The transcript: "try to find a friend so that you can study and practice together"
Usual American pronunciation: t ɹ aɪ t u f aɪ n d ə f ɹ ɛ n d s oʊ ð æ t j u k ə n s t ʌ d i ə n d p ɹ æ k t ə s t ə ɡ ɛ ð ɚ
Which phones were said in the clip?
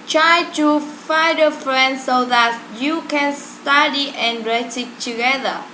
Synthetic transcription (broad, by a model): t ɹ aɪ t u f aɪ d ə f ɹ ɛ n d s oʊ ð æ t j u k ə n s t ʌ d i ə n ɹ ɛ t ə t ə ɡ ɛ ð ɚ